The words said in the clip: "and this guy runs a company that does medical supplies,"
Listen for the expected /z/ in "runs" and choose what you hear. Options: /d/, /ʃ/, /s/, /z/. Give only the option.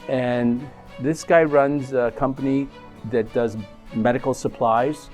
/z/